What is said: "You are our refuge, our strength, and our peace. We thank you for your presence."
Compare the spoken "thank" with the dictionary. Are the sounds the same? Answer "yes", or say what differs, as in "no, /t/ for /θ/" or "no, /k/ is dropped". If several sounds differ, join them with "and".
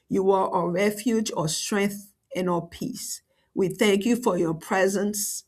yes